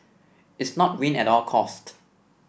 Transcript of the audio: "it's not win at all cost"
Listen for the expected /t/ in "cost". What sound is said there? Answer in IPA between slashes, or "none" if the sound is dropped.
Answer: /t/